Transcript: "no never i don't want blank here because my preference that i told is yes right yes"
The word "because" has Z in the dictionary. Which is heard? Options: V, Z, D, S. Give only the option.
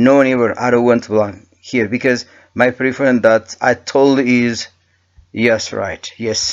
Z